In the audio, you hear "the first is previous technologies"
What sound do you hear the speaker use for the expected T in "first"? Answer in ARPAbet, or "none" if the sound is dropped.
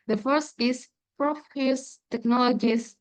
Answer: T